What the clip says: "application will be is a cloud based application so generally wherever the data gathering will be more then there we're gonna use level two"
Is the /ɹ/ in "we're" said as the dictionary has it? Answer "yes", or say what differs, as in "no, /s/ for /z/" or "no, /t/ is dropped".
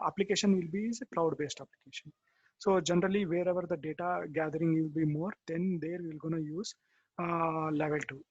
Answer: no, /l/ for /ɹ/